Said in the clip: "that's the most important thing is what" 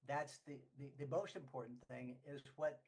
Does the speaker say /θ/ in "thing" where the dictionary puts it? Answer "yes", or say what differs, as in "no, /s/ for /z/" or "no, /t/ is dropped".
yes